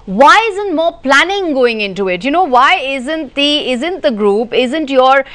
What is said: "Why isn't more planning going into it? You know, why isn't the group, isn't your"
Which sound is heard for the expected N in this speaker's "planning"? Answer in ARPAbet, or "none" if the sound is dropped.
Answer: N